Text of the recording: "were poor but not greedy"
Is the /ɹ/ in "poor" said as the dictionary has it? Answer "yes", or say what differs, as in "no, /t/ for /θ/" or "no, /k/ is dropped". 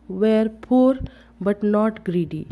yes